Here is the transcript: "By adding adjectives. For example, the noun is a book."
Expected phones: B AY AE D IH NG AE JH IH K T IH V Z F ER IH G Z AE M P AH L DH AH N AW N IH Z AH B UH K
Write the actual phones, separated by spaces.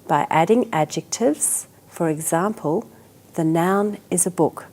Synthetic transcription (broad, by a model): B AY AE D IH NG AE JH IH K T IH V Z F ER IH G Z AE M P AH L DH AH N AW N IH Z AH B UH K